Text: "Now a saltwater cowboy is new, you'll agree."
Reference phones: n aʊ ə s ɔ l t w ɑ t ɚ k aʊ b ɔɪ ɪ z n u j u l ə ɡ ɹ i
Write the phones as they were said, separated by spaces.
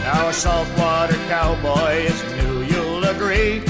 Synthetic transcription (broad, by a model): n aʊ ə s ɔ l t w ɑ t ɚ k aʊ b ɔɪ ɪ z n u j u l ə ɡ ɹ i